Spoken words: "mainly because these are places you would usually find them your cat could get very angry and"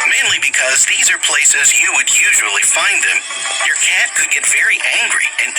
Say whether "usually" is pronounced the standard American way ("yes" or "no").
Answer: yes